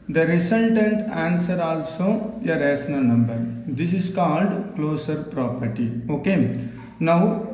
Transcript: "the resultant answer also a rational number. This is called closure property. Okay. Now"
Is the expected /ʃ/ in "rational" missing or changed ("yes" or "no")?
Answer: yes